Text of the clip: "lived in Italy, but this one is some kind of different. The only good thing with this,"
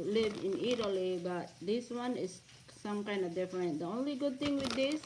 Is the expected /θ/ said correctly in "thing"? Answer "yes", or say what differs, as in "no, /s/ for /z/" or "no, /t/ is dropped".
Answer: no, /t/ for /θ/